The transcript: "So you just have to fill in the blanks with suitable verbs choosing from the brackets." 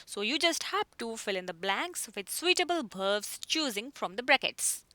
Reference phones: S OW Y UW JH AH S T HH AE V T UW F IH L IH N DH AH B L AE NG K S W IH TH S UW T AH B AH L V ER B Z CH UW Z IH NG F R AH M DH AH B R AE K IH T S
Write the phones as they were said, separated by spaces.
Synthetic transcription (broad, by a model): S OW Y UW JH AH S T HH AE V T UW F IH L IH N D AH B L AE NG K S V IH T S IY T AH B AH L B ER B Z CH UW Z IH NG F R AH M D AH B R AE K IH T S